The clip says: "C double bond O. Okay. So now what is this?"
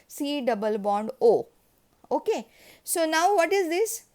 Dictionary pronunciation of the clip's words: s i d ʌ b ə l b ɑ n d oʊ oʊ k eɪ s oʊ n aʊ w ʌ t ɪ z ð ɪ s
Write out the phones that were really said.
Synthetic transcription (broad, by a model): s i d ʌ b ə l b ɑ n d oʊ oʊ k eɪ s oʊ n aʊ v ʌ t ɪ z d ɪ s